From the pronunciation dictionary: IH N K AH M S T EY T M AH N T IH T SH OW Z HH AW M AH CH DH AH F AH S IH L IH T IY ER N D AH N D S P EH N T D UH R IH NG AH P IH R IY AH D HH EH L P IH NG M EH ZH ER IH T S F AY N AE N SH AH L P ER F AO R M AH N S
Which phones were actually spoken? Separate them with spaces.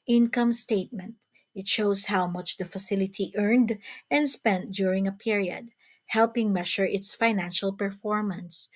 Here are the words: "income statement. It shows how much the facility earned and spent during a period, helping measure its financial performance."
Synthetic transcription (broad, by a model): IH N K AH M S T EY T M AH N T IH T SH OW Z HH AW M AH CH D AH F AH S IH L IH T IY ER N D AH N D S P EH N T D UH R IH NG AH P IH R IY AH D HH EH L P IH NG M EH SH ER IH T S F AY N AE N SH AH L P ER F AO R M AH N S